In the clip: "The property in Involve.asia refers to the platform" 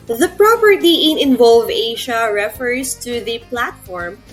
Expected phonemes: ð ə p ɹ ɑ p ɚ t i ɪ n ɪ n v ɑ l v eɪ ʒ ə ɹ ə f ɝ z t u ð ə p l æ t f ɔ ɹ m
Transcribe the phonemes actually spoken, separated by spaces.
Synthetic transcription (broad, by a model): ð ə p ɹ ɑ p ɚ t i ɪ n ɪ n v ɑ l v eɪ ʃ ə ɹ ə f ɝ s t u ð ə p l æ t f ɔ ɹ m